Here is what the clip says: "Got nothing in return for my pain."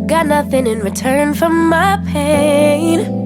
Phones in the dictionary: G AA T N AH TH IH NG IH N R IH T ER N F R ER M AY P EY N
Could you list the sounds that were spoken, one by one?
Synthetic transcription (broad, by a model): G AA T N AH TH IH NG IH N R IH T ER N F R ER M AY P EY N